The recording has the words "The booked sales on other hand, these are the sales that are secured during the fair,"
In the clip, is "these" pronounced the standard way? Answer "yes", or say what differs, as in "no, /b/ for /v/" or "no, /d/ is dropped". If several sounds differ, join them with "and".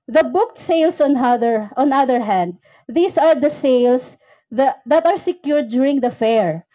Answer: no, /s/ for /z/